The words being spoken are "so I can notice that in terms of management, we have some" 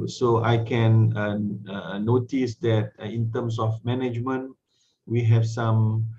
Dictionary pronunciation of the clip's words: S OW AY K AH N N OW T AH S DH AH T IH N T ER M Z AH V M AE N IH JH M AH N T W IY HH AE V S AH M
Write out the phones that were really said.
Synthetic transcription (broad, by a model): S OW AY K AH N N OW T AH S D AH T IH N T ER M S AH F M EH N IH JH M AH N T W IY HH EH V S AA M